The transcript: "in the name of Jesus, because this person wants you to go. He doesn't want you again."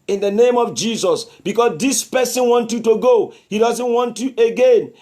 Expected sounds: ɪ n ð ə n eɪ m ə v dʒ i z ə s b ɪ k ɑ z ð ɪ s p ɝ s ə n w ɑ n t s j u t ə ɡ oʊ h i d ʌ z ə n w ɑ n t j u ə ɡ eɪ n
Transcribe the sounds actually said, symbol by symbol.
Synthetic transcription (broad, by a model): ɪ n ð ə n eɪ m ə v dʒ i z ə s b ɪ k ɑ s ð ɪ s p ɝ s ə n w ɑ n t j u t ə ɡ oʊ h i d ʌ z ə n w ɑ n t j u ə ɡ eɪ n